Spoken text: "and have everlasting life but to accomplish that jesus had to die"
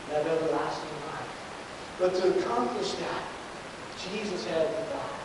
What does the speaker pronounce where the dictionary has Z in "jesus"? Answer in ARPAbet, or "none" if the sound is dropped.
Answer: Z